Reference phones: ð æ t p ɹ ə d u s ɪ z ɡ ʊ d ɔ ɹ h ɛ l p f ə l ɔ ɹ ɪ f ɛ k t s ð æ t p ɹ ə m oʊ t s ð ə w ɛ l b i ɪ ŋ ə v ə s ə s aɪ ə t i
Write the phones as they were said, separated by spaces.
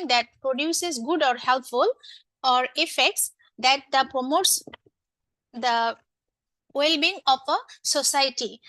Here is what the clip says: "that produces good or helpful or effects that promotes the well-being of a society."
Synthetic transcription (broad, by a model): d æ t p ɹ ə d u s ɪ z ɡ ʊ d ɔ ɹ h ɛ l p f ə l ɔ ɹ ɪ f ɛ k t s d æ t p ɹ ə m oʊ t s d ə w ɛ l b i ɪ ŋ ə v ə s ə s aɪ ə t i